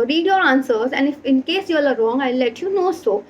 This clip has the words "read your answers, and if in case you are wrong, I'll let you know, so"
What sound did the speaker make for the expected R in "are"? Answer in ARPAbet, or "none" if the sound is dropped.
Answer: L